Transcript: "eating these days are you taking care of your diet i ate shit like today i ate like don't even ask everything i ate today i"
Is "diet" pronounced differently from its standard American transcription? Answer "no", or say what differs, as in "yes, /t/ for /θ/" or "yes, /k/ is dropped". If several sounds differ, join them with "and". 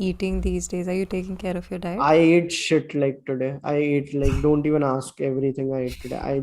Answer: yes, /t/ is dropped